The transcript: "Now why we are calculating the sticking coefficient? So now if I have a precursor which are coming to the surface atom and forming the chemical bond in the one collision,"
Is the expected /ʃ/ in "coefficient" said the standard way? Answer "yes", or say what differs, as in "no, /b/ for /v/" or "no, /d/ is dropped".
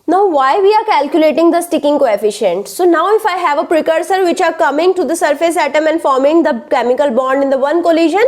yes